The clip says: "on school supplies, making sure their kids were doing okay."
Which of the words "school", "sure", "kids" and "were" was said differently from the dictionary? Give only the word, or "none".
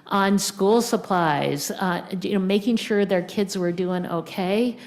none